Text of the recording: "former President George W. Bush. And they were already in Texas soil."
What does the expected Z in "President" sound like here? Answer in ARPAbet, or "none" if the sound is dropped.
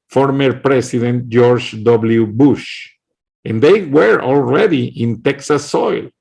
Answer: S